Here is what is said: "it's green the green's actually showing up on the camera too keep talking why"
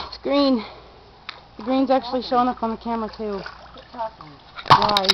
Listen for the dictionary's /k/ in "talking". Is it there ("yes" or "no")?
no